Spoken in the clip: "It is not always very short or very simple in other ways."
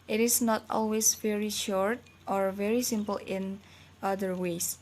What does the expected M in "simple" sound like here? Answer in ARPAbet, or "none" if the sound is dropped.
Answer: M